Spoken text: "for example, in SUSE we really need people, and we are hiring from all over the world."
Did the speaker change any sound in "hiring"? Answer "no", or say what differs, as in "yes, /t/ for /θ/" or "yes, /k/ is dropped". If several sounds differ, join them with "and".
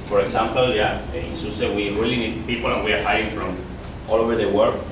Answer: yes, /ɹ/ is dropped